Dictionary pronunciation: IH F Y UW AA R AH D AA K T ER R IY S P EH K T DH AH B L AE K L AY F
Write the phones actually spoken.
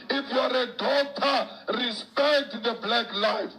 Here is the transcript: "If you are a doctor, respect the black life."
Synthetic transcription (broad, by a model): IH F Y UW AA R AH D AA T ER R IY S P EH K T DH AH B L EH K L AY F